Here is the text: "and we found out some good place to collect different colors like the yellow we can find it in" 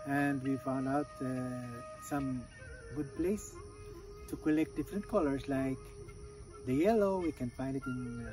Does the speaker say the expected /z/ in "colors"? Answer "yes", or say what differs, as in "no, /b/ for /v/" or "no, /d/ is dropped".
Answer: no, /s/ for /z/